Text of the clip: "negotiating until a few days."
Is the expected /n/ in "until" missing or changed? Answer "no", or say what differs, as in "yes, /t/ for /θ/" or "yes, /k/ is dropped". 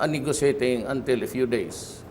no